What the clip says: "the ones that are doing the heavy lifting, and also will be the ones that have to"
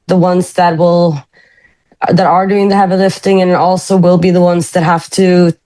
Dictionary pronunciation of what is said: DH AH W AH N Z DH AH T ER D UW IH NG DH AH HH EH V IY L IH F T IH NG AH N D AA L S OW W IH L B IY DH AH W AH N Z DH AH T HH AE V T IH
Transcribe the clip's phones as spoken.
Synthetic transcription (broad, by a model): DH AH W AH N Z DH AH T ER D UW IH NG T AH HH V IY L IH F T IH NG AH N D AA L S OW W IH L B IY DH AH W AH N Z DH AH T HH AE F T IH